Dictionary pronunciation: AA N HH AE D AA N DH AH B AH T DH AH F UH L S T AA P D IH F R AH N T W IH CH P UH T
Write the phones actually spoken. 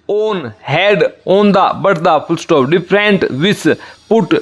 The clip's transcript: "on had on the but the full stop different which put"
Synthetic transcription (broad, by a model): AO N HH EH D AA N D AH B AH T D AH P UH L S T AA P D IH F R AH N T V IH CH P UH T